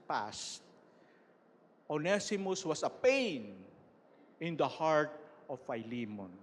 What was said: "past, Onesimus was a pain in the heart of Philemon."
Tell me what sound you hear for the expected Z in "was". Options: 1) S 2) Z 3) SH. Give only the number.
1